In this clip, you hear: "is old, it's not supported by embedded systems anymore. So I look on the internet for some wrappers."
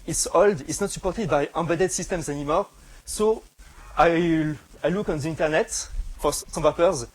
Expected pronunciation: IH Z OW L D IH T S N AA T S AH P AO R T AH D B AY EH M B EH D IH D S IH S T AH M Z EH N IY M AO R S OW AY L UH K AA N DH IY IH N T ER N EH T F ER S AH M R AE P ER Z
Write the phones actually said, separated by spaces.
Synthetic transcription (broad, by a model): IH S OW L D IH T S N AA T S AH P AO R T AH D B AY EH B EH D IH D S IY S T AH M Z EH N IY M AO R S OW AY L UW K AA N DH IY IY N T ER N EH T F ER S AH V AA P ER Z